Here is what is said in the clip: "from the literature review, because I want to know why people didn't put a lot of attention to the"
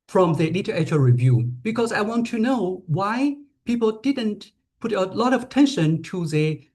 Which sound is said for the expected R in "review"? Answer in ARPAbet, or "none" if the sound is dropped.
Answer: R